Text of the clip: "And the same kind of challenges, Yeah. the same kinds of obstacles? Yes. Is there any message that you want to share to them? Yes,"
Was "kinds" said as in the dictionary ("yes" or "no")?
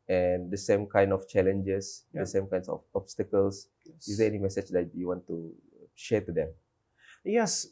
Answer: no